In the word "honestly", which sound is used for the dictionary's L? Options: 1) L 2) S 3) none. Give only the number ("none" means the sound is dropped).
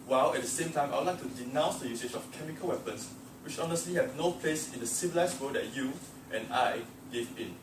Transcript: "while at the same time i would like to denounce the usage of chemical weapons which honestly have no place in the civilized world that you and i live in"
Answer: 1